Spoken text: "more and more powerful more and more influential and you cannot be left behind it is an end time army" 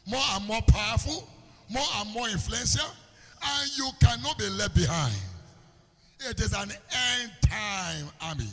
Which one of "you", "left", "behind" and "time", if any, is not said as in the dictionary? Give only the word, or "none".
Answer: left